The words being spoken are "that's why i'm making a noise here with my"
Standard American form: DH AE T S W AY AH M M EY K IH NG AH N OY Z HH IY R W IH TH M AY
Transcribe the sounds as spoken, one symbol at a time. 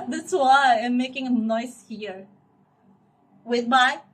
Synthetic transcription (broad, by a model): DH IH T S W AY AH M M EY K IH NG AH N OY S HH IY R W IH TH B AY